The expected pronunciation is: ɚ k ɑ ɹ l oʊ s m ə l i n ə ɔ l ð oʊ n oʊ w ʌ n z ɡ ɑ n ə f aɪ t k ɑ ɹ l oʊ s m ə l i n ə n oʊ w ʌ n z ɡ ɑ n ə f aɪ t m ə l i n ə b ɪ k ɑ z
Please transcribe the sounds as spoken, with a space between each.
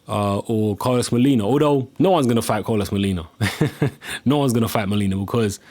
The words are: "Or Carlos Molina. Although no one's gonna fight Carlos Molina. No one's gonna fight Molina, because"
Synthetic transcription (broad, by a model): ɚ k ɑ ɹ l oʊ s m ə l i n ə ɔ ð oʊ n oʊ w ʌ n z ɡ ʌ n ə f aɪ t k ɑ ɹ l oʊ s m ə l i n ə n oʊ w ʌ n z ɡ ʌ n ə f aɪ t m ə l i n ə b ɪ k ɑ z